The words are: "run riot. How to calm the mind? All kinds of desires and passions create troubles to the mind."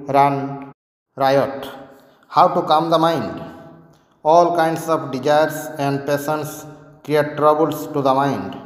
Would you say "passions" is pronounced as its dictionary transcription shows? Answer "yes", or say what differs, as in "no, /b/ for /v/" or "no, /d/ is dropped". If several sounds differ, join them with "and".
no, /s/ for /ʃ/ and /s/ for /z/